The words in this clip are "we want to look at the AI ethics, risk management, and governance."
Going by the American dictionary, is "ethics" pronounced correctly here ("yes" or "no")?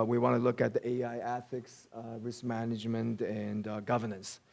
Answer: yes